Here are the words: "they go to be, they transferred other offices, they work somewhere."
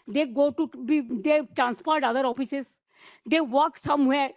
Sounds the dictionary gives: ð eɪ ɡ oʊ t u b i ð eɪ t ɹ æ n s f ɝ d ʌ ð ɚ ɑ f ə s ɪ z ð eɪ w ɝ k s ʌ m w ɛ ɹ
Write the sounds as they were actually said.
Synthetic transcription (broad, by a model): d eɪ ɡ oʊ t u b i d eɪ t ɹ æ n s p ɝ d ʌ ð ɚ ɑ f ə s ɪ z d eɪ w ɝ k s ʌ m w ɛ ɹ